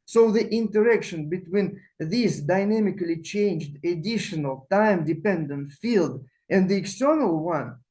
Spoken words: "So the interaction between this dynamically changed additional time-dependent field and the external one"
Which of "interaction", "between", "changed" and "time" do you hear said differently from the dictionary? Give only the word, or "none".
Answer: none